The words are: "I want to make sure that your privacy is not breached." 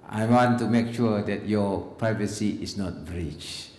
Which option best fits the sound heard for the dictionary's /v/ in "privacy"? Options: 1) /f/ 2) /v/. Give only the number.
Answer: 2